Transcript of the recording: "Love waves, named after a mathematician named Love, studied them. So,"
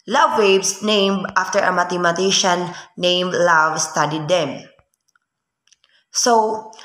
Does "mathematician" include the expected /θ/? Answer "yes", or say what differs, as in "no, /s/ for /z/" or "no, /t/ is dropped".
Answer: no, /t/ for /θ/